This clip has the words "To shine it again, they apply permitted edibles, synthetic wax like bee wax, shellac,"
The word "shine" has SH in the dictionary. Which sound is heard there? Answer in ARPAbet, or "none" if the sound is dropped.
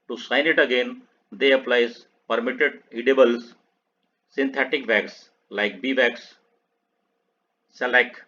S